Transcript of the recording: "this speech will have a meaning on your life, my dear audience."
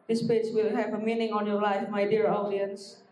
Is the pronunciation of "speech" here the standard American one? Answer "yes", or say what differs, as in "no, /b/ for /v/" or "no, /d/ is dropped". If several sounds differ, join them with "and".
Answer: no, /s/ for /tʃ/